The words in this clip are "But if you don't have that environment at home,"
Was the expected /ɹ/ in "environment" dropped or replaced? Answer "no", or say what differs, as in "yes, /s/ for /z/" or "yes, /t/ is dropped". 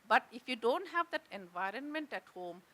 no